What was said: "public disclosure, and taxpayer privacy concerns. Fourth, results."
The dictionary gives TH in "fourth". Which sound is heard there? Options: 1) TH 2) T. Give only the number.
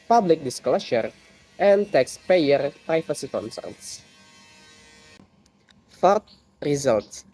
2